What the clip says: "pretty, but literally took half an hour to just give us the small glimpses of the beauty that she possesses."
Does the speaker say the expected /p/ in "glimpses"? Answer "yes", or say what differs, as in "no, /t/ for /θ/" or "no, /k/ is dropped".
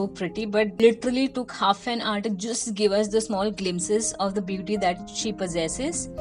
no, /p/ is dropped